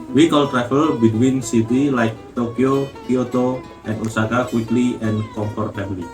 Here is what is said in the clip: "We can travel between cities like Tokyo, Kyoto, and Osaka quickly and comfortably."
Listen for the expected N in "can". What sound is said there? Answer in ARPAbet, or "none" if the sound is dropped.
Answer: L